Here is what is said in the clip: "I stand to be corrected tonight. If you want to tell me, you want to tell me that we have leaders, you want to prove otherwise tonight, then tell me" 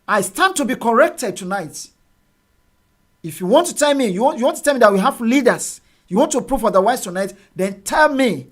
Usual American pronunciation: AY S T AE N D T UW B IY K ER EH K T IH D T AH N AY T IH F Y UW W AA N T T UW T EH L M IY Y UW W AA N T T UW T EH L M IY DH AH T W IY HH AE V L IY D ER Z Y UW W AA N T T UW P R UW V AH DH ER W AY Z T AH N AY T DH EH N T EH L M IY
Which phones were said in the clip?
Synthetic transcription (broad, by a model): AY S T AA N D T UW B IY K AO EH K T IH D T AH N AY T IH F Y UW W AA N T T UW T EH L M IY Y UW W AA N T T UW T EH L M IY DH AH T W IY HH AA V L IY D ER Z Y UW W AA N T T UW P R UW F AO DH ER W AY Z T AH N AY T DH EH N T EH L M IY